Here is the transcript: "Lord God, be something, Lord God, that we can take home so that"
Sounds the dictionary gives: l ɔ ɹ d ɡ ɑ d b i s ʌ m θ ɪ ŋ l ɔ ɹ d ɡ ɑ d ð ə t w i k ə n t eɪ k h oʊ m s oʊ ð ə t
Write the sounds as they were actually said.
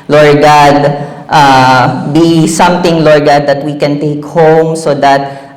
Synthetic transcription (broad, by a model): l ɔ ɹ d ɡ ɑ d b i s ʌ m t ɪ ŋ l ɔ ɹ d ɡ ɑ d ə t w i k ə n t eɪ k h oʊ m s oʊ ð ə t